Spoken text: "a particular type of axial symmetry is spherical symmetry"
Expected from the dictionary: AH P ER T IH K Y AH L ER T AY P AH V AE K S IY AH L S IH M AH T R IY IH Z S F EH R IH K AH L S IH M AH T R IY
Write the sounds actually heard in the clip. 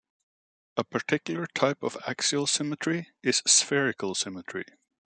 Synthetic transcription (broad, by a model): AH P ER T IH K Y L ER T AY P AH V AE K S IY AH L S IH M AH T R IY IH Z S F EH R IH K AH L S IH M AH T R IY